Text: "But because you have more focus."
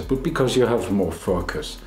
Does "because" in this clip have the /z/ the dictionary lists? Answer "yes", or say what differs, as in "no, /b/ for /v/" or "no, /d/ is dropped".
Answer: yes